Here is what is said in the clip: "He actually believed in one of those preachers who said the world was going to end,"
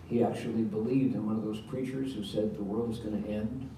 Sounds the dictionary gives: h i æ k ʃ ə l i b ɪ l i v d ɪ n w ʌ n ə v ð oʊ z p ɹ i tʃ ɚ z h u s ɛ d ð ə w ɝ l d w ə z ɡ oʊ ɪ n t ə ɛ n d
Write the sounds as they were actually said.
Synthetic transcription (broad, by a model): h i æ k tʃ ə l i b ɪ l i v d ɪ n w ʌ n ə v ð oʊ z p ɹ i tʃ ɚ z h u s ɛ d ð ə w ɝ l d w ə z ɡ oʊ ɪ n t ɛ n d